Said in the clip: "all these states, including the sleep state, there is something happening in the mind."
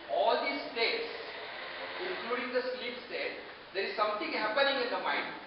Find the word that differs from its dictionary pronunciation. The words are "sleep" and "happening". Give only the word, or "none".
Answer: none